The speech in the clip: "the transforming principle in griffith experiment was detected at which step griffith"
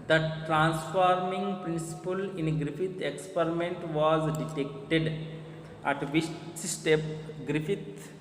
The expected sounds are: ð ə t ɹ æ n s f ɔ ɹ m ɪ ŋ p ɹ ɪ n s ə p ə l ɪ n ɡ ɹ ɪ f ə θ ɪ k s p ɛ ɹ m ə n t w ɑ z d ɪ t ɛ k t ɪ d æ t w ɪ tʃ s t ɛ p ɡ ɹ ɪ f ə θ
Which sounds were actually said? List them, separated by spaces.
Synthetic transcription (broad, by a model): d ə t ɹ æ n s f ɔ ɹ m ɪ ŋ p ɹ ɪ n s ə p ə l ɪ n ɡ ɹ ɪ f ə t ɪ k s p ɛ ɹ m ə n t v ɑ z d ɪ t ɛ k t ɪ d æ t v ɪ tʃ s t ɛ p ɡ ɹ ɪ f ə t